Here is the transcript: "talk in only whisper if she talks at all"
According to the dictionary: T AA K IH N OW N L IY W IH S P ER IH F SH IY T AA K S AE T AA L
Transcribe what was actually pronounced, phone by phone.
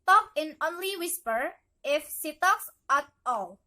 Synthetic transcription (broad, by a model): T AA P IH N OW N L IY W IH S P ER IH F S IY T AA K S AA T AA L